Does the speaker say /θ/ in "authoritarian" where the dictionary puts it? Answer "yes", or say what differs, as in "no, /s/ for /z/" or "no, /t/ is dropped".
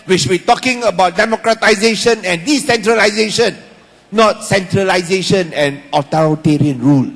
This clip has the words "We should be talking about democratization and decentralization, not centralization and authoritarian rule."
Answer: no, /t/ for /θ/